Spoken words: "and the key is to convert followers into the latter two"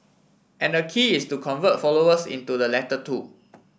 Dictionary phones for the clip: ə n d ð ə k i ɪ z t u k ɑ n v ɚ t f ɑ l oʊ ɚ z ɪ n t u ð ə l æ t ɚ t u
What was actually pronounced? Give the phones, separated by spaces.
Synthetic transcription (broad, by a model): ə n d ə k i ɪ s t u k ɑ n v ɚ t f ɑ l oʊ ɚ s ɪ n t u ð ə l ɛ t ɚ t u